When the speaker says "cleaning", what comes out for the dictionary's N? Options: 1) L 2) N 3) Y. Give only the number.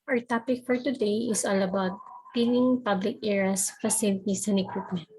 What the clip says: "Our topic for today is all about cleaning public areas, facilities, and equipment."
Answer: 1